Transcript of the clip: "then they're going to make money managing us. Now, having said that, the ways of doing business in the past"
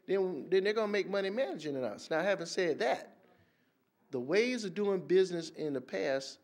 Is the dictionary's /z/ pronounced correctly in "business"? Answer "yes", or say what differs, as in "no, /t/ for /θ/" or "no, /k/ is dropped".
yes